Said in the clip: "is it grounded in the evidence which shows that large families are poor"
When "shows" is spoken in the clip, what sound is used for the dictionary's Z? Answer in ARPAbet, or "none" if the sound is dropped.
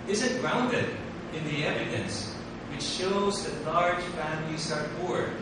Z